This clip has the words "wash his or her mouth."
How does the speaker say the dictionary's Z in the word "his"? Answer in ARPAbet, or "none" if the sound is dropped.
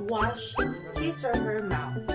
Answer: S